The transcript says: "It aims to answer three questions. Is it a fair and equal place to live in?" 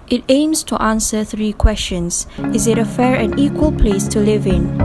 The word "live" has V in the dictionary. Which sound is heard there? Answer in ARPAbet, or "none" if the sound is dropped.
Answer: V